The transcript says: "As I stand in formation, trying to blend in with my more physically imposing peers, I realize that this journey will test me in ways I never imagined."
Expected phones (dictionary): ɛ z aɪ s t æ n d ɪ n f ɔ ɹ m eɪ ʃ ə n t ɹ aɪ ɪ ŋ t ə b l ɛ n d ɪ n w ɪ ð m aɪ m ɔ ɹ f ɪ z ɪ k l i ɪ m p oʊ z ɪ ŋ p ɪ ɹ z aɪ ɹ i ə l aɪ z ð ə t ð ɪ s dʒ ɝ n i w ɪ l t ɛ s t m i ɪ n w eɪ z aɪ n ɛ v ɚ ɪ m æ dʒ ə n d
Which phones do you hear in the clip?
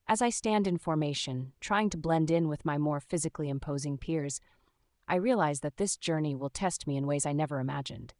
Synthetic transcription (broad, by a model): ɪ z aɪ s t æ n d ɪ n f ɔ ɹ m eɪ ʃ ə n t ɹ aɪ ɪ ŋ t ə b l ɛ n d ɪ n w ɪ ð m aɪ m ɔ ɹ f ɪ z ɪ k l i ɪ m p oʊ z ɪ ŋ p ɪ ɹ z aɪ ɹ i ə l aɪ z ð ə t ð ɪ s dʒ ɝ n i w ɪ l t ɛ s t m i ɪ n w eɪ z aɪ n ɛ v ɚ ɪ m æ dʒ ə n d